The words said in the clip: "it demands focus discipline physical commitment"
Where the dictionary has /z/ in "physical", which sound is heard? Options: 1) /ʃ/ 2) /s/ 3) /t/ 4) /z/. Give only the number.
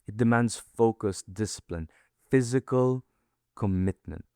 4